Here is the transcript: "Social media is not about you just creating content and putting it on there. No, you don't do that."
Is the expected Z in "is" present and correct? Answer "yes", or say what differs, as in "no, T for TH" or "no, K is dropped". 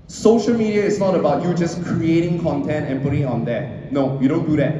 no, S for Z